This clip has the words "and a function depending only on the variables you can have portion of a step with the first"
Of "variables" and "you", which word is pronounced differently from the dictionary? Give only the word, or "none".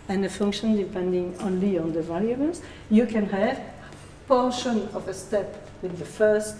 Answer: variables